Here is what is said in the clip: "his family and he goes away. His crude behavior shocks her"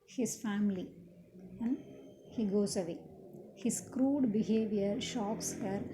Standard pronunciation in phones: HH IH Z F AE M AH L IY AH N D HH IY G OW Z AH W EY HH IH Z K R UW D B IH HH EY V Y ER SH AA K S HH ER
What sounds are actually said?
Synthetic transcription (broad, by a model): HH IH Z F AE M AH L IY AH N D HH IY G OW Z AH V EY HH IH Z K R UW D B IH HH EY V Y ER SH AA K S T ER